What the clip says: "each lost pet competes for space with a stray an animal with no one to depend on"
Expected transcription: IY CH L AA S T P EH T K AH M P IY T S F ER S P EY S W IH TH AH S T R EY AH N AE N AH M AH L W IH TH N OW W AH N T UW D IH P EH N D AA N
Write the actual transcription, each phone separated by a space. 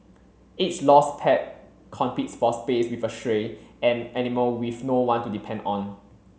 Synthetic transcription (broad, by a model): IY S L AA S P EH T K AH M P IY T S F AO S P EY S W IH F AH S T R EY AH N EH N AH M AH W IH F N OW W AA N T UW D IH P EH N D AA N